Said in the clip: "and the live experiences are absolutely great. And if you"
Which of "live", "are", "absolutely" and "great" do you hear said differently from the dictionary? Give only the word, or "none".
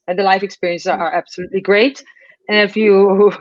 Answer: live